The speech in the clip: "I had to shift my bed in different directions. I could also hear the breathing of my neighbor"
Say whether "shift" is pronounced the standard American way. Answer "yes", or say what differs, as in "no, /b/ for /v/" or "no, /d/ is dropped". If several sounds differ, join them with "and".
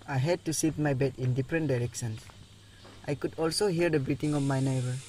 no, /s/ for /ʃ/ and /f/ is dropped